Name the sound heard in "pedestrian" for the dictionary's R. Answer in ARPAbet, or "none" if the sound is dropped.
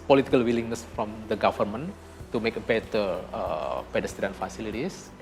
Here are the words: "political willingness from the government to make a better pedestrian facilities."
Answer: none